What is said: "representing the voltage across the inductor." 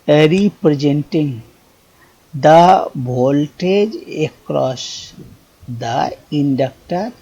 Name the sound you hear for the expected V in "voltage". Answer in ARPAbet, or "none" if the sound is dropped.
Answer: B